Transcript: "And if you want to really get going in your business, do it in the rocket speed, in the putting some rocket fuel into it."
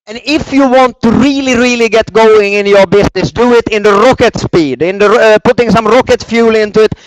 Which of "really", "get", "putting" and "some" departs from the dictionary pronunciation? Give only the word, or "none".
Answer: none